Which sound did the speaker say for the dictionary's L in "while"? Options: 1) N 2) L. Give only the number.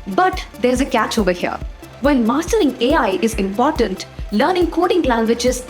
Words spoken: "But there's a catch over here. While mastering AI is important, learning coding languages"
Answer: 1